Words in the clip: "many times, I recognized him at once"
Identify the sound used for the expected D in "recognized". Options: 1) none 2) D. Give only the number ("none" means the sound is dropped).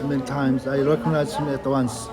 1